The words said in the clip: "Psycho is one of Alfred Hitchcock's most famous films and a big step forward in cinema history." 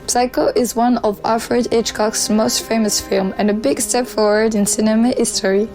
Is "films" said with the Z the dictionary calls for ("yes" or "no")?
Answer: no